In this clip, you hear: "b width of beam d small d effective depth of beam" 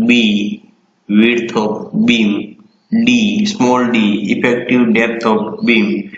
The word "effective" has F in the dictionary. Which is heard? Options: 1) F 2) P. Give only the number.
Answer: 2